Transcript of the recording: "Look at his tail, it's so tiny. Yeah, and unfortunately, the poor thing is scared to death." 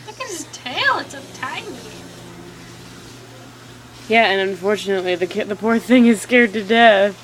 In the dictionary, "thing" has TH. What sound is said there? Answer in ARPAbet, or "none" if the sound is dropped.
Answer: TH